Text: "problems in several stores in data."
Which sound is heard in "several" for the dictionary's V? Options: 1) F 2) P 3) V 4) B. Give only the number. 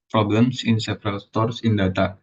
2